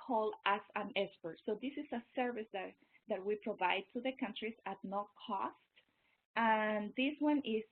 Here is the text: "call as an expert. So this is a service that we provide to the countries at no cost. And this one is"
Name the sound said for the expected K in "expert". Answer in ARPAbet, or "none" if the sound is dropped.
none